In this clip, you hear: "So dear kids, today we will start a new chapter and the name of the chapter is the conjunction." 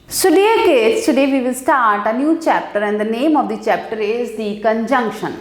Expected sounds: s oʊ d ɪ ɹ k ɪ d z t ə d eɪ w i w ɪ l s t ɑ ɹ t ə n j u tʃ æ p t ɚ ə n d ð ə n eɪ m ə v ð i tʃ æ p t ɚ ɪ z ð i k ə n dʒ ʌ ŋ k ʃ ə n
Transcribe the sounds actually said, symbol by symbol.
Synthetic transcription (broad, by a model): s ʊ d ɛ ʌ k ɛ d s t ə d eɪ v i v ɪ l s t ɑ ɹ t ə n j u tʃ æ p t ɚ ə n d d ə n eɪ m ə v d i tʃ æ p t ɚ ɪ z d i k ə n dʒ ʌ ŋ k ʃ ə n